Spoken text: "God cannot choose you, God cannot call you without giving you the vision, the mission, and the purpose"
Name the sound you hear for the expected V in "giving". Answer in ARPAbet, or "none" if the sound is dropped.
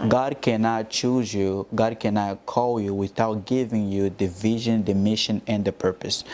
V